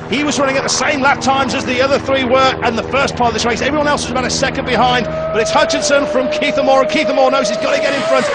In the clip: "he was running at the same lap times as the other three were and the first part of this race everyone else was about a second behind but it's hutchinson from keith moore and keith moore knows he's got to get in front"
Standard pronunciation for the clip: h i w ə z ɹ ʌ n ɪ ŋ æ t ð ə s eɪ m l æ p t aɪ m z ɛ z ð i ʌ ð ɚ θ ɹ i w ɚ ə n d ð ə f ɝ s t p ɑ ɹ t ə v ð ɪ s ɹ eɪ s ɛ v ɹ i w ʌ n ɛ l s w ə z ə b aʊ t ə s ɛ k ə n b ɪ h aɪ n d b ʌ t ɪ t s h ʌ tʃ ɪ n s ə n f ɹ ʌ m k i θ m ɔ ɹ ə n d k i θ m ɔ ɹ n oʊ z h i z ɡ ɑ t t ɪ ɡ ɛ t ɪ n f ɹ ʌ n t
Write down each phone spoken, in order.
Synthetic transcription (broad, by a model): h i w ə z ɹ ʌ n ɪ ŋ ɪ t ð ə s eɪ m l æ t aɪ m z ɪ z ð i ʌ ð ɚ θ ɹ i w ɚ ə n ð ə f ɝ s p ɑ ɹ t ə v ð ɪ s ɹ eɪ s ɛ v ɹ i w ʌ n ɛ l s w ə z ə b aʊ t ə s ɛ k ə n b ɪ h aɪ n d b ʌ t ɪ t s h ʌ tʃ ɪ n s ə n f ɹ ʌ m k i θ m ɔ ɹ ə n k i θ m ɔ ɹ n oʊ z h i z ɡ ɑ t t ɪ ɡ ɛ t ɪ n f ɹ ʌ n t